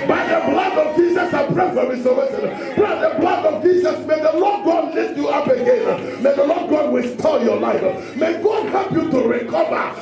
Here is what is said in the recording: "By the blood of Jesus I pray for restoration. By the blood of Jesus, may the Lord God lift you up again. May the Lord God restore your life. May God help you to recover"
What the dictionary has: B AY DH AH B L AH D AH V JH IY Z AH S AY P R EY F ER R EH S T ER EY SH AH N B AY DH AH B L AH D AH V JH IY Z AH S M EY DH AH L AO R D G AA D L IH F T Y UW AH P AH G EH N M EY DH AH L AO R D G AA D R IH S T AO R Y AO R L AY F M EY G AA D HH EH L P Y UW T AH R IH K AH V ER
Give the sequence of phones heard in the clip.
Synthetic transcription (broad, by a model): B AY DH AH B L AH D AH V JH IY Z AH S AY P R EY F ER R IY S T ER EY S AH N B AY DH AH B L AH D AH V JH IY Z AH S M EY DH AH L AO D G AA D L IH F T Y UW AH P AH G EH N M EY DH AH L AO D G AA D W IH S T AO L Y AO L AY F M EY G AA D HH EH L P Y UW T AH R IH K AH V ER